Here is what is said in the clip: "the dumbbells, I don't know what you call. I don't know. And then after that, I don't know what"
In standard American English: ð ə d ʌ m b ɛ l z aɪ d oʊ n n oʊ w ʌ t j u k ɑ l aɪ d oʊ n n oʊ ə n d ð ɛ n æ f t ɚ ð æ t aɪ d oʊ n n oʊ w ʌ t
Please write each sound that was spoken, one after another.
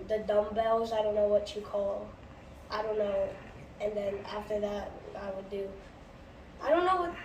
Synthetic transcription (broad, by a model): ð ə d ʌ m b ɛ l z aɪ d oʊ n n oʊ w ʌ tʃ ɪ k ɑ l aɪ d oʊ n n oʊ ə n ð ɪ n æ f t ɚ ð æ t aɪ d oʊ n n oʊ w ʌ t